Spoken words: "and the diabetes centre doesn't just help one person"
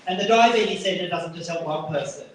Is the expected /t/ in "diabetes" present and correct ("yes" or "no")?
no